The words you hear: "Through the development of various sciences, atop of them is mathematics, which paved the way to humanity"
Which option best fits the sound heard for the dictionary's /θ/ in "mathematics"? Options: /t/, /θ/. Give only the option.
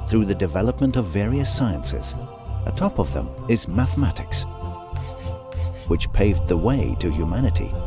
/θ/